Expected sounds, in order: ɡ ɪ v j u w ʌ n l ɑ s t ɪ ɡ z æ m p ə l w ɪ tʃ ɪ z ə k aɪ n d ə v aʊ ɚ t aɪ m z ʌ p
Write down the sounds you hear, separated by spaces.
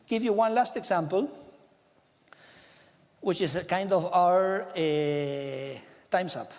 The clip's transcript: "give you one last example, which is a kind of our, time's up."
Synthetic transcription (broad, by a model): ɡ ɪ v j u w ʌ n l ɑ s t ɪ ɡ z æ m p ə l w ɪ tʃ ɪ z k aɪ n d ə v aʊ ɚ t aɪ m s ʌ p